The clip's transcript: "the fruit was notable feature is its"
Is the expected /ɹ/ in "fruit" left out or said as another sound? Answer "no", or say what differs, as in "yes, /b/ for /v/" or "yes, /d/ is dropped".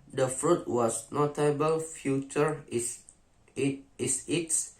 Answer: no